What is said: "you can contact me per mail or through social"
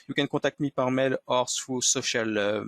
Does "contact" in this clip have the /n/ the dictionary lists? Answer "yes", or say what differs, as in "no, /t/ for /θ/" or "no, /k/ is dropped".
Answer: no, /n/ is dropped